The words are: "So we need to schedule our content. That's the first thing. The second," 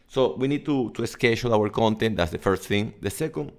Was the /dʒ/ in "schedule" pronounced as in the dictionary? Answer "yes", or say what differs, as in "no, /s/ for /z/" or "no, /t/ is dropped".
no, /ʃ/ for /dʒ/